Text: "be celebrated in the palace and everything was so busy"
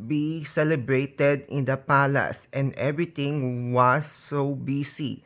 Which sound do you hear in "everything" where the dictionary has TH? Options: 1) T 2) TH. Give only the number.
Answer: 1